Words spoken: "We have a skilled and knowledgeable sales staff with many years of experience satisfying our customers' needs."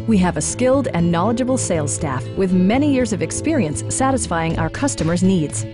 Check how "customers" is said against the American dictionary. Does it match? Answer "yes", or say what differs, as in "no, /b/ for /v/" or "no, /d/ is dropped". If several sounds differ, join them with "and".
yes